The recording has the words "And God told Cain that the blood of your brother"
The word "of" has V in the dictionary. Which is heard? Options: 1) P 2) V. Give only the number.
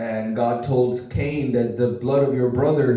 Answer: 2